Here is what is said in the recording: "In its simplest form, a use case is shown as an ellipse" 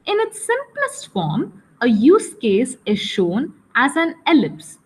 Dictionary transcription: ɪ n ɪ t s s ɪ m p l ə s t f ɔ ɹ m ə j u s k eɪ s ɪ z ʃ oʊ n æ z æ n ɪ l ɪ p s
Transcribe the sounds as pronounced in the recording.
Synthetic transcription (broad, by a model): ɪ n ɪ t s s ɪ m p l ə s t f ɔ ɹ m ə j u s k eɪ s ɪ z ʃ oʊ n æ z æ n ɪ l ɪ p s